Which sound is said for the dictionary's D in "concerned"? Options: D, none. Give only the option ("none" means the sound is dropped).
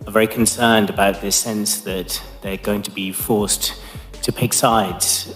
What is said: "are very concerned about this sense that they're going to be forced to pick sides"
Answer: D